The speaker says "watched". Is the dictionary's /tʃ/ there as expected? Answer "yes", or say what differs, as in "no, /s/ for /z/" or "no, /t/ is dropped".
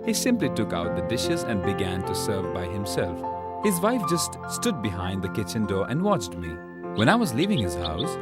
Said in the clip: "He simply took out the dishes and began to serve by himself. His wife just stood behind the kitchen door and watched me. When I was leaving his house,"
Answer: yes